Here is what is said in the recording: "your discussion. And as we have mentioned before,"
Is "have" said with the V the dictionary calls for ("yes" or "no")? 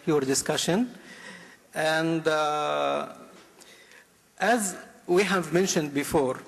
yes